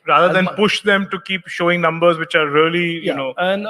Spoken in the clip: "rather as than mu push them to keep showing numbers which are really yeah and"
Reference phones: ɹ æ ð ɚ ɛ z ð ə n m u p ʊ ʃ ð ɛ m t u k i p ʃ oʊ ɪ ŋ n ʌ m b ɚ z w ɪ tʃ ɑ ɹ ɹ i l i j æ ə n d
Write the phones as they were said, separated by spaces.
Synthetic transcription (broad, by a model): ɹ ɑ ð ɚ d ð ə n p ʊ ʃ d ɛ m t u k i p ʃ oʊ ɪ ŋ n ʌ m b ɚ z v ɪ tʃ ɑ ɹ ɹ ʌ l i j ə n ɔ